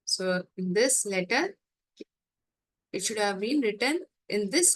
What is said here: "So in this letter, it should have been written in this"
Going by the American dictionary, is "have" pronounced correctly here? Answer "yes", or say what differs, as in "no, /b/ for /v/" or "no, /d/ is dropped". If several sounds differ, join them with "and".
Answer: yes